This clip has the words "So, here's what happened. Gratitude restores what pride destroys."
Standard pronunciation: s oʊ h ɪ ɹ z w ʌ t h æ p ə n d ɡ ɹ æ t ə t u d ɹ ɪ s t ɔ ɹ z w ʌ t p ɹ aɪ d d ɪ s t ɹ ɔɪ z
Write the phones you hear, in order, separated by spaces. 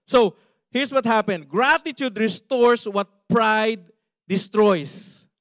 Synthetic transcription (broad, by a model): s oʊ h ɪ ɹ s w ʌ t h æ p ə n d ɡ ɹ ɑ t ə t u d ɹ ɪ s t ɔ ɹ s w ʌ t p ɹ aɪ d d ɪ s t ɹ ɔɪ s